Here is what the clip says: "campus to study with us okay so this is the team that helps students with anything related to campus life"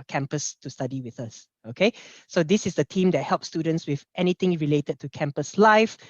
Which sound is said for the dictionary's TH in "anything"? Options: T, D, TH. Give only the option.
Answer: T